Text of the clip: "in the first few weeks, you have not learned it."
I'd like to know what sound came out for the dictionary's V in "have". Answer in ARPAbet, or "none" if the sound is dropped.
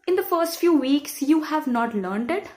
V